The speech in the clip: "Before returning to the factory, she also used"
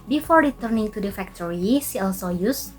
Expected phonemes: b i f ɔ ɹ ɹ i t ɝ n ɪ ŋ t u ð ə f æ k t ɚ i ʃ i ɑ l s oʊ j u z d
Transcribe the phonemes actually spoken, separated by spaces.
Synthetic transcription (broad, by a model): b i f ɔ ɹ ɹ i t ɝ n ɪ ŋ t u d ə f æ k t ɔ i s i ɑ l s oʊ j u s